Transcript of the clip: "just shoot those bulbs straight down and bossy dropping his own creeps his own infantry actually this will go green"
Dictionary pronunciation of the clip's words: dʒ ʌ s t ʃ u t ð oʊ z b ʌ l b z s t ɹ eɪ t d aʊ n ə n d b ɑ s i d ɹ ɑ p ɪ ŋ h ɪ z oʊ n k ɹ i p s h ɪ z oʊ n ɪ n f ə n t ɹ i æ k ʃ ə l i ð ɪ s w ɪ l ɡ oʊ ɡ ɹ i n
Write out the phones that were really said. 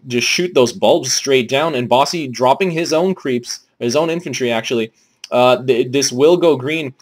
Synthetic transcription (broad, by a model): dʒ ʌ s t ʃ u t ð oʊ z b ʌ l b z s t ɹ eɪ t d aʊ n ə n b ɑ s i d ɹ ɑ p ɪ ŋ ɪ z oʊ n k ɹ i p s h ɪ z oʊ n ɪ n f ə n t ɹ i æ k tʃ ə l i ð ɪ s w ɪ l ɡ oʊ ɡ ɹ i n